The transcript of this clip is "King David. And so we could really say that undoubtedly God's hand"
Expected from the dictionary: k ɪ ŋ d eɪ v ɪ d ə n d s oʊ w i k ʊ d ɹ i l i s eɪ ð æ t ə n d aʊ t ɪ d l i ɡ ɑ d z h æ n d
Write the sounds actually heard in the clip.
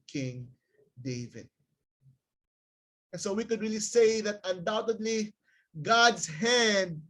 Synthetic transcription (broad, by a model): k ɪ ŋ d eɪ v ɪ d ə n s oʊ w i k ʊ d ɹ i l i s eɪ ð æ t ə n d aʊ t ɪ d l i ɡ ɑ d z h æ n d